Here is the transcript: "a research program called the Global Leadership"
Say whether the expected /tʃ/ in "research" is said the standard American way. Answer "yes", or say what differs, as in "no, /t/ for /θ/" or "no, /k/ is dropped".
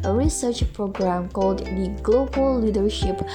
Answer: yes